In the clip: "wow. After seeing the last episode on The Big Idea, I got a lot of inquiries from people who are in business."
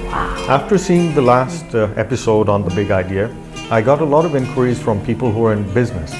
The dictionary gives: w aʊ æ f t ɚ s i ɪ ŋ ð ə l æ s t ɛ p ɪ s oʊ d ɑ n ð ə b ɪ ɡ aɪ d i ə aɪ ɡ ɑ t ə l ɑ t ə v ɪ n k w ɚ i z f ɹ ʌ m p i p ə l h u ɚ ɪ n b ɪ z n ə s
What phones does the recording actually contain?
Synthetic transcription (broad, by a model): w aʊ æ f t ɚ s i ɪ ŋ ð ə l æ s t ɛ p ɪ s oʊ d n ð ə b ɪ ɡ aɪ d i ə aɪ ɡ ɑ t ə l ɑ t ə v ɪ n k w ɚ i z f ɹ ʌ m p i p ə l h u ɚ ɪ n b ɪ z n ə s